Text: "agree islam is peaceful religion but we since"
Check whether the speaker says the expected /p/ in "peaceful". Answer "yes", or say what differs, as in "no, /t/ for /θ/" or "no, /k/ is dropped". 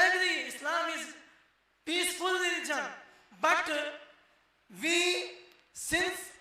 yes